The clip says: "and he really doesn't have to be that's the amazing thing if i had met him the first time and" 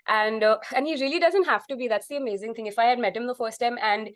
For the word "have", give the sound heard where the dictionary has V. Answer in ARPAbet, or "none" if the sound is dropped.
F